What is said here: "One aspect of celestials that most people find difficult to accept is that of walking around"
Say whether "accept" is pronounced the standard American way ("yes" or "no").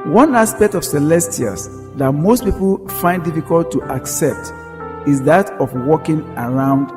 yes